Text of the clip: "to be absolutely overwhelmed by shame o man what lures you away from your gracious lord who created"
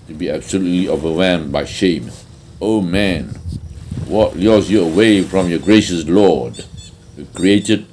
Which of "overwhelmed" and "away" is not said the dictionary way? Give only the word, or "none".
overwhelmed